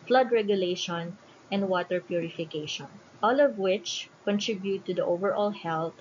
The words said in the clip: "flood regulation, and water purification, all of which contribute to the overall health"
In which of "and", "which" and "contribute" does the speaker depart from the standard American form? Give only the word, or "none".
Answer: none